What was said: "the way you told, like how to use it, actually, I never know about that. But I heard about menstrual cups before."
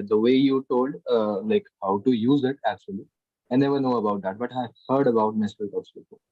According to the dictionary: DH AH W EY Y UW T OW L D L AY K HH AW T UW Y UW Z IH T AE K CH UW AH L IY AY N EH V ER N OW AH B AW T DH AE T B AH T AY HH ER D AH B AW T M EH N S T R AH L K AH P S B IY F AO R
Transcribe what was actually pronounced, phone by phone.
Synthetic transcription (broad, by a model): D AH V EY Y UW T OW L D L AY K HH AW T UW Y UW Z IH T AE K CH UW AH L IY AY N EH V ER N OW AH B AW T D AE T B AH T AY HH ER D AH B AW T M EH S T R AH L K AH S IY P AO